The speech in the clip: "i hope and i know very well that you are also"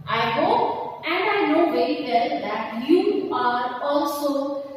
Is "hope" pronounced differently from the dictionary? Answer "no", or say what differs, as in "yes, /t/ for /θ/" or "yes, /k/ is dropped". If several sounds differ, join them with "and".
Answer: yes, /p/ is dropped